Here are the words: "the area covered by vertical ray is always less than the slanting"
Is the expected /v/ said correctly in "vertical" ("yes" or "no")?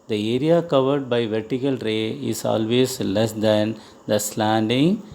yes